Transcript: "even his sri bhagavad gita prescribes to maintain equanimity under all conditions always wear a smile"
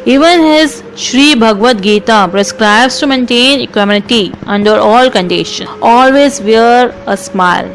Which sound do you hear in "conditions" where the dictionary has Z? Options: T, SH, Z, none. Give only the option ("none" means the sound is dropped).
none